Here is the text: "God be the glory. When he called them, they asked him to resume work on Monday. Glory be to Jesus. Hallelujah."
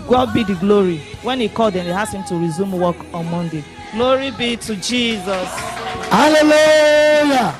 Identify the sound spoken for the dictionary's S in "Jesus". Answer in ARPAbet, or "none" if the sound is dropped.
S